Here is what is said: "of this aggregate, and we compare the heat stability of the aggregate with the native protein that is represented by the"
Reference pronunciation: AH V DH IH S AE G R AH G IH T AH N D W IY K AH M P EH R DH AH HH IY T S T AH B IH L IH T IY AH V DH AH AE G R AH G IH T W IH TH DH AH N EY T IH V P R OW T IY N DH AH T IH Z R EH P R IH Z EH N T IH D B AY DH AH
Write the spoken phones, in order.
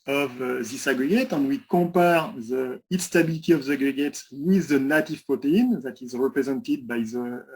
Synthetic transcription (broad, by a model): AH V DH IH S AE G R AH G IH T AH N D W IY K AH P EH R DH AH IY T S T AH B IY L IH T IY AH V DH AH G R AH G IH T W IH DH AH N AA T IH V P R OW T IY N DH AH T IH Z R EH P R IH Z EH N T IH D B AY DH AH